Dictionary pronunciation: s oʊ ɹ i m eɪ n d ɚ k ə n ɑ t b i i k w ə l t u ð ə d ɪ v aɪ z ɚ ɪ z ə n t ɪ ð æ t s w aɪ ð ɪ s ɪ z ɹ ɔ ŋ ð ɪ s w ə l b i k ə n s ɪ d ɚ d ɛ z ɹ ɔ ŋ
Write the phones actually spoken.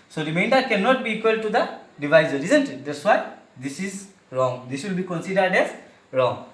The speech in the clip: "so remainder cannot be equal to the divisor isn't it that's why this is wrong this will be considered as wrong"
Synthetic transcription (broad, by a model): s oʊ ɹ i m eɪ n d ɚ k ə n ɑ t b i i k w ə l t u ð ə d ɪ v aɪ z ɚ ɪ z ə n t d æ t s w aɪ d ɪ s ɪ z ɹ ɔ ŋ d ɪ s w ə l b i k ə n s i d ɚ d ɛ z ɹ ɔ ŋ